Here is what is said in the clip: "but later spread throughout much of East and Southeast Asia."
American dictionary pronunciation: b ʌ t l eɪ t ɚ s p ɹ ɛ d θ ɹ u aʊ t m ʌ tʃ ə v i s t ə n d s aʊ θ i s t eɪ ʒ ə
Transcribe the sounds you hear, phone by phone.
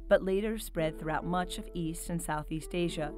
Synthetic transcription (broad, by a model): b ʌ t l eɪ t ɚ s p ɹ ɛ d θ ɹ u aʊ t m ʌ tʃ ə v i s t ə n s aʊ θ i s t eɪ ʒ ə